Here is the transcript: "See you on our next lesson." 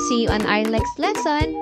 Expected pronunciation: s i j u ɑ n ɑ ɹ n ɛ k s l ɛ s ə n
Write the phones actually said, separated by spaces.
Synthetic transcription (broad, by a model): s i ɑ n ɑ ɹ l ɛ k s l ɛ s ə n